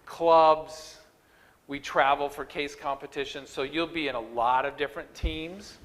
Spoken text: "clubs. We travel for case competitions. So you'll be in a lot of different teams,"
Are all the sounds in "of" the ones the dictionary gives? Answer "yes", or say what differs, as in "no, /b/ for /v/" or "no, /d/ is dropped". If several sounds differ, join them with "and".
yes